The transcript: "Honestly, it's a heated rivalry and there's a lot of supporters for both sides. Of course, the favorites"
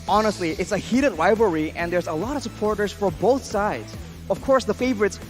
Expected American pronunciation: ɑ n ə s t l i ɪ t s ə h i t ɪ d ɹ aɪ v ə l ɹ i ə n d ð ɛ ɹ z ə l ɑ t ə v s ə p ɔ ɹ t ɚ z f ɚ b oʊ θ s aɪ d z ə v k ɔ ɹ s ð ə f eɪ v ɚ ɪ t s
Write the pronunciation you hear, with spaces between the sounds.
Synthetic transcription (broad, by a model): ɑ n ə s t l i ɪ t s ə h i t ɪ d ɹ aɪ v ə ɹ i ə n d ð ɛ ɹ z ə l ɑ t ə v s ə p ɔ ɹ t ɚ z f ɚ b oʊ θ s aɪ d z ə v k ɔ ɹ s ð ə f eɪ v ɚ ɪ t s